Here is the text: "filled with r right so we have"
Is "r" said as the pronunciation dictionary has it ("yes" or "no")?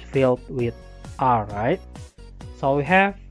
no